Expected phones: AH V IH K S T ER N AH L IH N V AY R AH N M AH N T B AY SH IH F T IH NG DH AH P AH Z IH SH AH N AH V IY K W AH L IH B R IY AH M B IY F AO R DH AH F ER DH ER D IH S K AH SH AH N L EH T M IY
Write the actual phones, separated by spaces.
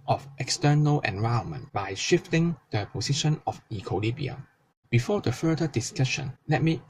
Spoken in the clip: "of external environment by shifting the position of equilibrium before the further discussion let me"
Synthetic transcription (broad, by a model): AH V IH K S T ER N AH L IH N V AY AH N M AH N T B AY SH IH F T IH NG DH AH P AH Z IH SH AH N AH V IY K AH L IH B IY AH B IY F AO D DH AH F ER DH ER D IH S K AH SH AH N L EH T M IY